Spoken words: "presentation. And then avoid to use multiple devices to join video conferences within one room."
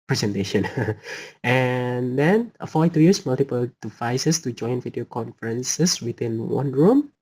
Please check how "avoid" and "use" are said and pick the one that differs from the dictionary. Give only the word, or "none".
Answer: avoid